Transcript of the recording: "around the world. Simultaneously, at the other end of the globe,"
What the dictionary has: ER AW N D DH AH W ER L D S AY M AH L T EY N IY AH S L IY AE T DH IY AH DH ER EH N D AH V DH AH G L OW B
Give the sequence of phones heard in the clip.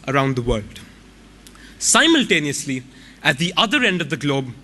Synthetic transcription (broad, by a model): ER AW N D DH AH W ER L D S AY M AH L T EY N IY AH S L IY AE T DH IY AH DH ER EH N D AH V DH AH G L OW B